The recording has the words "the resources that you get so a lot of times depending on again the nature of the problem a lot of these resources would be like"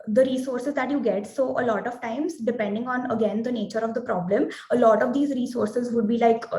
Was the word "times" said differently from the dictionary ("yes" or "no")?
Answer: no